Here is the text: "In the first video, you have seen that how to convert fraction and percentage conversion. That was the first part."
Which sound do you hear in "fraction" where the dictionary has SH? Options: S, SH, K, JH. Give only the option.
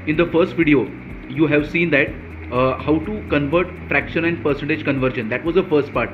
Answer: SH